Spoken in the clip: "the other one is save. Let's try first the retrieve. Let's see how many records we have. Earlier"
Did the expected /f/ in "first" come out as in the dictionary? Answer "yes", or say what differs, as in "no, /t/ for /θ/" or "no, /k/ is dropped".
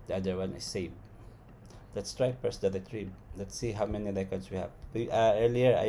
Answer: no, /p/ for /f/